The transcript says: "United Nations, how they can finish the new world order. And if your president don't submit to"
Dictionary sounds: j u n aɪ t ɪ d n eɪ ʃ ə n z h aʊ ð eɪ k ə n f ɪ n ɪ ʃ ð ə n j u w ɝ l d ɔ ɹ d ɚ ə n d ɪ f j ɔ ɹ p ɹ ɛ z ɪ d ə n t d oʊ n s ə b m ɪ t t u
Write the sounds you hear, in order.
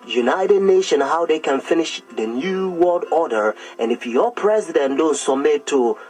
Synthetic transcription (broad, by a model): j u n aɪ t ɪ d n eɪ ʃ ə n h aʊ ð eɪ k ə n f ɪ n ɪ ʃ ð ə n j u w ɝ l d ɔ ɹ d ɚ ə n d ɪ f j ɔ p ɹ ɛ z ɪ d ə n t d oʊ n s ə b m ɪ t t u